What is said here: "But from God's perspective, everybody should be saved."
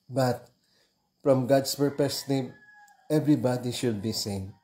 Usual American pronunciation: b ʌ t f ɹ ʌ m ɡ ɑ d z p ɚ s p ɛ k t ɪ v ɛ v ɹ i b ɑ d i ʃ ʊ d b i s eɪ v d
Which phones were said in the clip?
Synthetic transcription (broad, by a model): b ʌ t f ɹ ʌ m ɡ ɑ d s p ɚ p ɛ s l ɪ ɛ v ɹ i b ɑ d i ʃ ʊ d b i s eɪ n